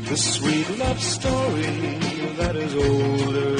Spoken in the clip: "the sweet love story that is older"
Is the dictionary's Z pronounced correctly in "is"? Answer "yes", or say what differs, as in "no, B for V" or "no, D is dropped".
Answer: yes